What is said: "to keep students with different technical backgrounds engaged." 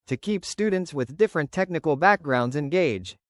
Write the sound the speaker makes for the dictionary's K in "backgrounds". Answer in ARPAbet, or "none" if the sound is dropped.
K